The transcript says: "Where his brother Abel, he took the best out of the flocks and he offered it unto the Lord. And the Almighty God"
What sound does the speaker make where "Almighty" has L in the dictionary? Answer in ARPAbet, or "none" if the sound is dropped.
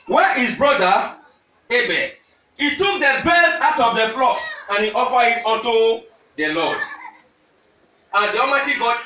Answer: none